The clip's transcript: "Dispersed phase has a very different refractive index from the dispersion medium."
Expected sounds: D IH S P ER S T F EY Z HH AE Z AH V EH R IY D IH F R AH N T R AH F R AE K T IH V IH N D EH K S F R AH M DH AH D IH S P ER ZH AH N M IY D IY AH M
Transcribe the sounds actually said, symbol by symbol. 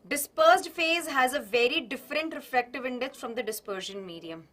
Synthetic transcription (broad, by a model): D IH S P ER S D F EY Z HH AE Z AH V EH R IY D IH F R AH N T R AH F L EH K T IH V IH N D EH K S F R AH M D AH D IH S P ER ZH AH N M IY D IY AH M